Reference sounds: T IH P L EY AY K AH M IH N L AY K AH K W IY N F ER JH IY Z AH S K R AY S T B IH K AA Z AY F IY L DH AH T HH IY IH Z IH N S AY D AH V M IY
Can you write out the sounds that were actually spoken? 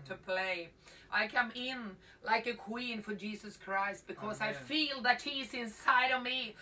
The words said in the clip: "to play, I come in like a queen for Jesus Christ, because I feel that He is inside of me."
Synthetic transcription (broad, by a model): T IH P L EY AY K AH M IH N L AY K AH K W IY N F ER JH IY Z AH S K R AY S T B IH K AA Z AY F IY L DH AH T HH IY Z IH N S AY D AH V M IY